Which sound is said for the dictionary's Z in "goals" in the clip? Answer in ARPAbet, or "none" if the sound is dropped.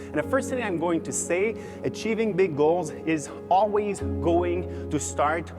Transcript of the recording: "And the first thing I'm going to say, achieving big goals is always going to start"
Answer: Z